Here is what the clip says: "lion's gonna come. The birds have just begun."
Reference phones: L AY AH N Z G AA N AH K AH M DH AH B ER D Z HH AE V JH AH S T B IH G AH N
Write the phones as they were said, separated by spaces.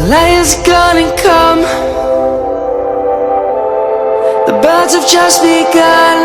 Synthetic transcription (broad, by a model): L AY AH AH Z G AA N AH K AH M DH AH B ER D Z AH V JH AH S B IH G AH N